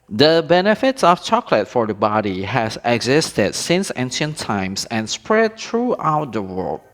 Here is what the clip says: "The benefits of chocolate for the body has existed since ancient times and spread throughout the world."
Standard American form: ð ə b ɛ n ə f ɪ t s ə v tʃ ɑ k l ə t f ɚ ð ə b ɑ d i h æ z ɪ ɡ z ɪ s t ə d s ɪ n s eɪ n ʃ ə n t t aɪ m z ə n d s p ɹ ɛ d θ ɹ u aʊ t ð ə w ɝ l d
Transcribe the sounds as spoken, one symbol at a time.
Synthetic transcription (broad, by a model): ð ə b ɛ n ə f ɪ t s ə f tʃ ɑ k l ə t f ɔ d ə b ɑ d i h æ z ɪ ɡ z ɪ s t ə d s ɪ n s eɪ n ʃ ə n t t aɪ m s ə n s p ɹ ɛ d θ ɹ u aʊ t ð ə w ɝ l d